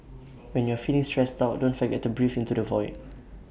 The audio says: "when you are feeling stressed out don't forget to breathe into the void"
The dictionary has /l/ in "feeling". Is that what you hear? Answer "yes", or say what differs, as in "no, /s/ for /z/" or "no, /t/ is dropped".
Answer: no, /n/ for /l/